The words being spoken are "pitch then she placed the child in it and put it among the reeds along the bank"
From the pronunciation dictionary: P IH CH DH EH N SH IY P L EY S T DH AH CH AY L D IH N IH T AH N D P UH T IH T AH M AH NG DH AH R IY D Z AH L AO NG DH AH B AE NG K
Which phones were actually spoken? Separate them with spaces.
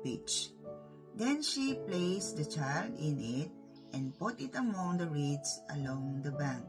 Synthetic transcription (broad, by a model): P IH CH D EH N SH IY P L EY S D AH CH AY L D IH N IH T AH N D P UH T IH T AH M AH NG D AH R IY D S AH L AO NG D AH B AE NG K